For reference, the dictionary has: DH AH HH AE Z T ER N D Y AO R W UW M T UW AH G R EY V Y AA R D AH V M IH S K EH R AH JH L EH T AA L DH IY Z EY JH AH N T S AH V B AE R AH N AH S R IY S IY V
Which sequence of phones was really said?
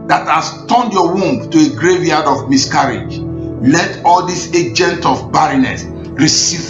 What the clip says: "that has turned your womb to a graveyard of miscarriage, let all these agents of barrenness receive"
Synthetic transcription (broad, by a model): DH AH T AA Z T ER N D Y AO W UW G T UW AH G R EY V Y AA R D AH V M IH S K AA R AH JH L EH T AA L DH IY S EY JH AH N T AH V B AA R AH N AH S R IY S IY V